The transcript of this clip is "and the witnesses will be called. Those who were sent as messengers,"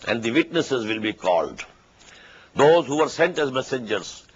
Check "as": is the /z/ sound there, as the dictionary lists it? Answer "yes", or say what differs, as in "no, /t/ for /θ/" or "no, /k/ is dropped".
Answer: yes